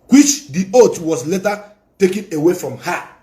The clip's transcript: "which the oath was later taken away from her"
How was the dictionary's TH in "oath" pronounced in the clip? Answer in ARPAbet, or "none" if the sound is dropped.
T